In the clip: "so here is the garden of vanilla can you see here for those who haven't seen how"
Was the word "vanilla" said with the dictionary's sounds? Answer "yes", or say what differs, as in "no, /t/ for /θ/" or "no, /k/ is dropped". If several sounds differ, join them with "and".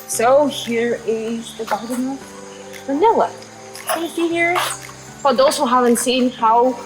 no, /w/ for /l/